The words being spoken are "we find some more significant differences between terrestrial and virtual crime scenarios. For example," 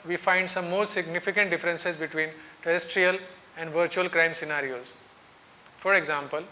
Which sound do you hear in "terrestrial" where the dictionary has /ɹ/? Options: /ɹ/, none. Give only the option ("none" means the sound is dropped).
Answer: /ɹ/